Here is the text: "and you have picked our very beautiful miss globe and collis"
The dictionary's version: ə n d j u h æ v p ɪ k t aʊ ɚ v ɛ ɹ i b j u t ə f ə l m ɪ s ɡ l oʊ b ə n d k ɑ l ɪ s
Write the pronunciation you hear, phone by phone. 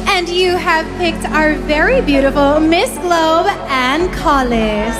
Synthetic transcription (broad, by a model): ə n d j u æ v p ɪ k t aʊ ɚ v ɛ ɹ i b j u t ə f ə l m ɪ s ɡ l oʊ b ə n k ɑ l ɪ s